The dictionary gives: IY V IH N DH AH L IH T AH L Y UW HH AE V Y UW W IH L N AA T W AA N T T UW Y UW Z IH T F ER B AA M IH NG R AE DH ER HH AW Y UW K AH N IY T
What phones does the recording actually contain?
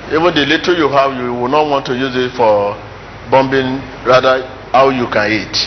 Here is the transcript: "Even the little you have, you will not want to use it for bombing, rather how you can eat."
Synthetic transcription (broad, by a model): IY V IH N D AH L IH T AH Y UW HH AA W Y UW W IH N AA T W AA N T T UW Y UW Z IH T F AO B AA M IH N R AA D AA HH AW Y UW K AH N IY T